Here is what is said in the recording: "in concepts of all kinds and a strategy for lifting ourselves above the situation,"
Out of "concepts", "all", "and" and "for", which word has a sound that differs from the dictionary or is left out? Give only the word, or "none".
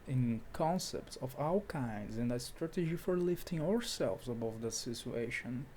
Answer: all